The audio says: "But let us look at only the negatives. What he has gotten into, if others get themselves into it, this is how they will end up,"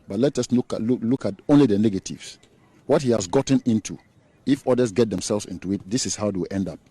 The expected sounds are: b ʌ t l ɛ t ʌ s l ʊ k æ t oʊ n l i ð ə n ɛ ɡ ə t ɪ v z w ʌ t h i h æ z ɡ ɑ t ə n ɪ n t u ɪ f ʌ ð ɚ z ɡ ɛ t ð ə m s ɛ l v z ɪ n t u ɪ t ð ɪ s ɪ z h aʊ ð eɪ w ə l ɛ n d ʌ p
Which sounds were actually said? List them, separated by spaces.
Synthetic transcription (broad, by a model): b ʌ t l ɛ t ʌ s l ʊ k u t oʊ n l i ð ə n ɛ ɡ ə t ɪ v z w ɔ t h i h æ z ɡ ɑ t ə n ɪ n t u ɪ f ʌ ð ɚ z ɡ ɛ t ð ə m s ɛ l v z ɪ n t u ɪ t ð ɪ s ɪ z h aʊ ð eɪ w ə l ɛ n d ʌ p